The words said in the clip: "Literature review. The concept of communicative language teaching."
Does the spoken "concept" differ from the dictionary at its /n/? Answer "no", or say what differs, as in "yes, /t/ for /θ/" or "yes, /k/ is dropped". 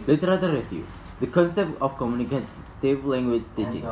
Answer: no